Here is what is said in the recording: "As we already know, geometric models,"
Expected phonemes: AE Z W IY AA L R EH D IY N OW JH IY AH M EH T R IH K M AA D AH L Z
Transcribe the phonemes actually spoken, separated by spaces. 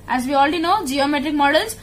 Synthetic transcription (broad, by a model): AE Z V IY AA L R EH D IY N OW JH IY AH M EH T R IH K M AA D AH L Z